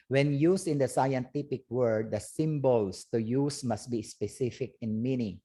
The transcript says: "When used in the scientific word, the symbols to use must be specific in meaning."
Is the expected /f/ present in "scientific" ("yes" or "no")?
no